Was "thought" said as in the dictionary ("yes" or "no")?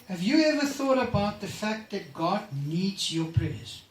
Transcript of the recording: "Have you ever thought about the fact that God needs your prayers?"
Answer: yes